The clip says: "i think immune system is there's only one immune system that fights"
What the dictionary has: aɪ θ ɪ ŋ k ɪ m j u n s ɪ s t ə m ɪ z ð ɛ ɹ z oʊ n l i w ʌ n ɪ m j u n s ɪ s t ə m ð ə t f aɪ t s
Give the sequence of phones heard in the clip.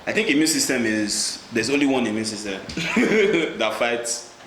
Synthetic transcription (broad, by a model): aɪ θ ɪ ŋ k ɪ m j u n s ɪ s t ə m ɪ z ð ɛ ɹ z oʊ n l i w ʌ n ɪ m j u n s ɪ s t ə m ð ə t f aɪ t s